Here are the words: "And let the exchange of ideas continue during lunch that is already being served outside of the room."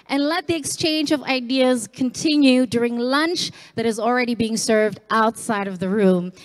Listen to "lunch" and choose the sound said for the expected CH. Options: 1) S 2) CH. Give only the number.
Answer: 2